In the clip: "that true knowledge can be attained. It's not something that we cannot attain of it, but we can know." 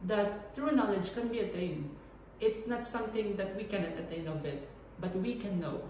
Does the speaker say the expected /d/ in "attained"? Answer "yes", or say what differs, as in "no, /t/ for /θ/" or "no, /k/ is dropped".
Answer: no, /d/ is dropped